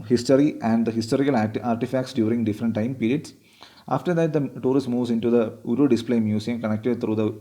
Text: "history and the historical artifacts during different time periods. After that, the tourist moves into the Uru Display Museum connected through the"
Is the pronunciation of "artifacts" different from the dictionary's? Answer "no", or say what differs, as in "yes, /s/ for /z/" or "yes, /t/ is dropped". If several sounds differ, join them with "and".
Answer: no